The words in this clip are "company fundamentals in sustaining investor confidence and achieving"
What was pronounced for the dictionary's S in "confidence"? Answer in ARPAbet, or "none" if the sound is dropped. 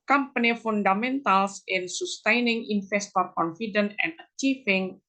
none